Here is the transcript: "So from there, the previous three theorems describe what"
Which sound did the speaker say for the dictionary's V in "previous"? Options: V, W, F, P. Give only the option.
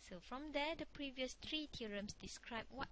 V